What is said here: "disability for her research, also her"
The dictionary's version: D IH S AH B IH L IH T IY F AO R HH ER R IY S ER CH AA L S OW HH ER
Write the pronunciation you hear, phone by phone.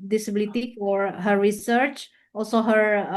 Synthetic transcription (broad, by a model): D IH S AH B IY L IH T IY F AO R HH ER R IY S ER CH AA L S OW HH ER